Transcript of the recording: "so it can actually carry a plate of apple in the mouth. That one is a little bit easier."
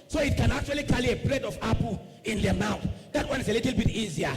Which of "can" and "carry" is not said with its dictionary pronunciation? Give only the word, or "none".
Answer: carry